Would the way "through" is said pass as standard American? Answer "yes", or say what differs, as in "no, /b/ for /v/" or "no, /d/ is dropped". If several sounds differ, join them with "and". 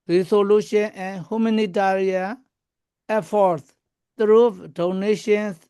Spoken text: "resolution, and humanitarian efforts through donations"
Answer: no, /t/ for /θ/